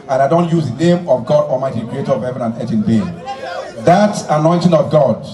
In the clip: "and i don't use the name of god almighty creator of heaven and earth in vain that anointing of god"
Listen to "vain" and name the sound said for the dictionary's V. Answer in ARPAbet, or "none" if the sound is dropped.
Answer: B